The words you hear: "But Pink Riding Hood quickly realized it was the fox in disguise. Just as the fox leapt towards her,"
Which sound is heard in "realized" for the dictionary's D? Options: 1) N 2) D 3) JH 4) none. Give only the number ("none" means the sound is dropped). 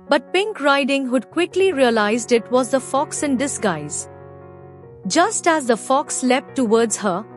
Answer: 2